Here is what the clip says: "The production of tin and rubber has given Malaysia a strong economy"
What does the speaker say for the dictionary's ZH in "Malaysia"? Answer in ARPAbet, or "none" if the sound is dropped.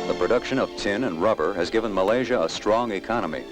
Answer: ZH